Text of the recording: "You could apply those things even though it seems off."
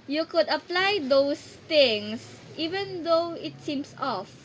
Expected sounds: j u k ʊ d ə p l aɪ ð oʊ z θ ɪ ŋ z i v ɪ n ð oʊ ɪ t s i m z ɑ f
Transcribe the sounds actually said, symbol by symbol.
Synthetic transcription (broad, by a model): j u k ʊ d ə p l aɪ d oʊ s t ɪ ŋ s i v ɪ n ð oʊ ɪ t s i m s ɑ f